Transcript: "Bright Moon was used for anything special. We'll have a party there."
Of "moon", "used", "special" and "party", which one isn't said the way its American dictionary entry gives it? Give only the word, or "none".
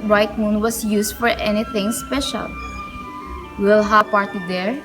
used